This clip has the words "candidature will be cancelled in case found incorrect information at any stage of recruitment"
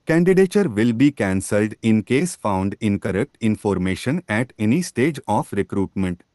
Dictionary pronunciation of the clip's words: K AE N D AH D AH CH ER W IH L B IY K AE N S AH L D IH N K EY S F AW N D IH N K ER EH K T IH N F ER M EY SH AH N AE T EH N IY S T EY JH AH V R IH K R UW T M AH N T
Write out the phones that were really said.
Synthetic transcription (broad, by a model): K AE N D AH D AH CH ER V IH L B IY K AE N S AH L D IH N K EY S F AW N D IH N K ER EH K T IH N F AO M EY SH AH N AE T EH N IY S T EY JH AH F R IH K R UW T M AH N T